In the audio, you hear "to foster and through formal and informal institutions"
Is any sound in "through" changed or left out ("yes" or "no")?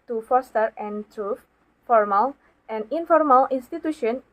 yes